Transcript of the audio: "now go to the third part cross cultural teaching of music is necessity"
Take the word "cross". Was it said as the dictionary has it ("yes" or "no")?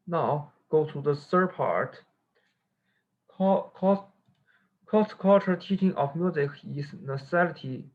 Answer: no